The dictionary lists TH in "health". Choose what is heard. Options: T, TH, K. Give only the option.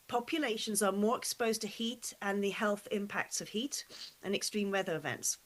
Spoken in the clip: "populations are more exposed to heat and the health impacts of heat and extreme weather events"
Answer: TH